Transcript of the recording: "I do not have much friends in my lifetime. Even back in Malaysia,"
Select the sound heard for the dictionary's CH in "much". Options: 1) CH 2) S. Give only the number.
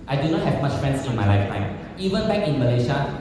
1